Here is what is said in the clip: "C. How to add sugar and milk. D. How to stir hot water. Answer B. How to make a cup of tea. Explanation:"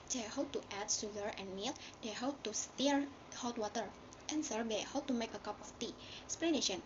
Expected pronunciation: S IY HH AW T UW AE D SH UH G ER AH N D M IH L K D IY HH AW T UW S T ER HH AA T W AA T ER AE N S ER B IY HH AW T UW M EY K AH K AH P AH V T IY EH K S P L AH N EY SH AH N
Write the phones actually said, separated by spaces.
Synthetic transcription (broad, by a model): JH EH HH AW T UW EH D S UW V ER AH N M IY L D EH HH AW T UW S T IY HH AA T W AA T ER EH N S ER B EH HH AW T UW M EY K AH K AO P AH F T IY S P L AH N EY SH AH N